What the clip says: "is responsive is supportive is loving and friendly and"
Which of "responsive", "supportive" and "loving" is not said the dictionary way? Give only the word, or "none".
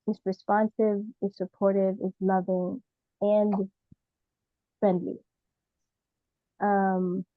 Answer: none